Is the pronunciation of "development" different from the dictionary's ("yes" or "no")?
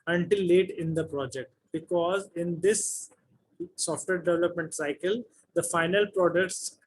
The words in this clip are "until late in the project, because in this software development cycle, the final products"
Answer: no